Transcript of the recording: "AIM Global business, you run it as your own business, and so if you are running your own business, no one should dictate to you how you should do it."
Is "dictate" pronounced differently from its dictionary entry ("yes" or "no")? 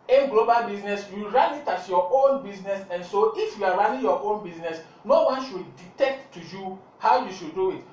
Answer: yes